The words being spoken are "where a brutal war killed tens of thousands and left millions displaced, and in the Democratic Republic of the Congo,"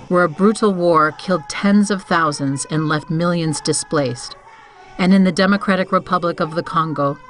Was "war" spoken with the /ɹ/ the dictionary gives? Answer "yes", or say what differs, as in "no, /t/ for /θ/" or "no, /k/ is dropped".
yes